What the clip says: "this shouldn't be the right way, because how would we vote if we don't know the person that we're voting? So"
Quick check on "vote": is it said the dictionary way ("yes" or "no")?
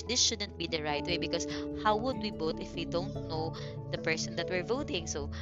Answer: no